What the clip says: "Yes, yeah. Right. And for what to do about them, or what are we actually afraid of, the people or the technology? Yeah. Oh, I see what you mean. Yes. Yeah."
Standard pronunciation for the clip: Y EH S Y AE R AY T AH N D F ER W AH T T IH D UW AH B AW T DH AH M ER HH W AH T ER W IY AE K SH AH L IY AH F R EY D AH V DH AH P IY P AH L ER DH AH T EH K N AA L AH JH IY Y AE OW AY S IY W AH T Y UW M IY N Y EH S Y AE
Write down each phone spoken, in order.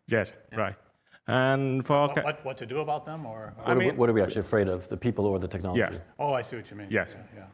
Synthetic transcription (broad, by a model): Y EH S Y R AY T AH N F ER W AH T T IH D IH AH B AW T DH AH M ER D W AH T ER W IY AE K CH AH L IY AH F R EY D AH V DH AH P IY P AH L ER DH AH T EH K N AA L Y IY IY OW AY S IY W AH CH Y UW M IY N Y EH S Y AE